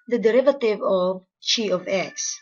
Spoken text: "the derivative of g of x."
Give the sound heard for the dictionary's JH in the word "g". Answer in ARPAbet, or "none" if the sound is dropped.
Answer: CH